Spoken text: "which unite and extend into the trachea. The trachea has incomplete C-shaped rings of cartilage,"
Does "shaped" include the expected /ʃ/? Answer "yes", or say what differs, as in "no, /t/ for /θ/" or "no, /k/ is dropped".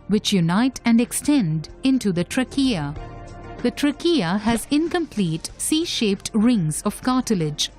yes